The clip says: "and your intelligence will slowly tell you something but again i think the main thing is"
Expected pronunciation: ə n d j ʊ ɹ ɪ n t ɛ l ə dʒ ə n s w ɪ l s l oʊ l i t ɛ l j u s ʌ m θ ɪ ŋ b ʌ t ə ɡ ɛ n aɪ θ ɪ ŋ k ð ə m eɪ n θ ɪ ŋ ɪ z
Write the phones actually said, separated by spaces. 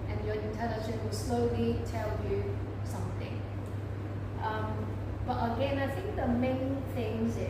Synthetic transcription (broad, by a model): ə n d j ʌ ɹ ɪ n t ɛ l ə ʃ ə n w ɪ l s l oʊ l i t ɛ l j u s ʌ m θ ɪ ŋ b ʌ t ə ɡ ɛ n aɪ θ ɪ ŋ k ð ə m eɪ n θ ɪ ŋ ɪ